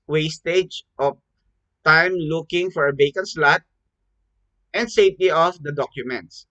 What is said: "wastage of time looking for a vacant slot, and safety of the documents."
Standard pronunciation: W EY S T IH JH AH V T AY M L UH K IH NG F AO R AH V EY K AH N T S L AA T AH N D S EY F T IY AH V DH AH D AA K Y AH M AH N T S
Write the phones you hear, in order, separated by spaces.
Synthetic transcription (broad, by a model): W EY S T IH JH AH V T AY M L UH K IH NG F AO R AH B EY K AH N S L AA T AH N D S EY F T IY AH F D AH D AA K Y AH M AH N T S